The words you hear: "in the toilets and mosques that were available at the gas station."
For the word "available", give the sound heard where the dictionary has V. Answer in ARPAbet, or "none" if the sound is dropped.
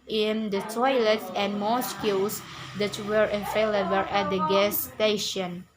F